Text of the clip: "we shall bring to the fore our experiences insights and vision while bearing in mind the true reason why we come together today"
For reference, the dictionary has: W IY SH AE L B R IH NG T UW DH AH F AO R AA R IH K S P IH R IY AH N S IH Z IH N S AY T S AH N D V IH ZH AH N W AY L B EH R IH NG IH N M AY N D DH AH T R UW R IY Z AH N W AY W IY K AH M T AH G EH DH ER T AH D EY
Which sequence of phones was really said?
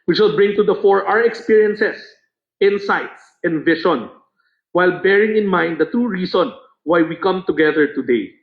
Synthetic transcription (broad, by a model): W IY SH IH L B R IH NG T UW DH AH F AO R AA R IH K S P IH R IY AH N S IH S IH N S AY T S AH N D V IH SH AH N W AY L B EH R IH NG IH N M AY N D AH T R UW R IY S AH N W AY W IY K AH M T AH G EH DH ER T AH D EY